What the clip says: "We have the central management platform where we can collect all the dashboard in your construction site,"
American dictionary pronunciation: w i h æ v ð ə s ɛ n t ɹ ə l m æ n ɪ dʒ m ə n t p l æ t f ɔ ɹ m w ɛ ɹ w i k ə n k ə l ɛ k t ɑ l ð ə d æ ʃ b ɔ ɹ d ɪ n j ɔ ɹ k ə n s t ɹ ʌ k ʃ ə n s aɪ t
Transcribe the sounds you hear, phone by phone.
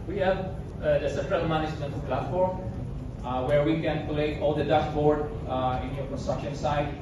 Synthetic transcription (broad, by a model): w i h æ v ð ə s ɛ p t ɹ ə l m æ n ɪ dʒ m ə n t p l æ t f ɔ ɹ m w ɛ ɹ w i k ə n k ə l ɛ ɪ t ɑ l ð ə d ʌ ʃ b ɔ ɹ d ɪ n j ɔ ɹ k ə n s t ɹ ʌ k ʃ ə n s aɪ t